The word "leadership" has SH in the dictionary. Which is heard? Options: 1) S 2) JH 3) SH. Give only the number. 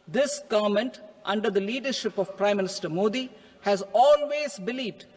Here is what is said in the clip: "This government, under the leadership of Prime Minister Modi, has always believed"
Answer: 3